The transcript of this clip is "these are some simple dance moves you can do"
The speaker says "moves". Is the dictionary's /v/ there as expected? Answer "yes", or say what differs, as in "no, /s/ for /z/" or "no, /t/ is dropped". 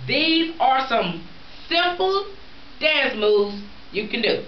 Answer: no, /v/ is dropped